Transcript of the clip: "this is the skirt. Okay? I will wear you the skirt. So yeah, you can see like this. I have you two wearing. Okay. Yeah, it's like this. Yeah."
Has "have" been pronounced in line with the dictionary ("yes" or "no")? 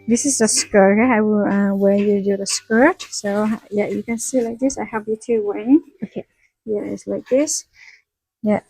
no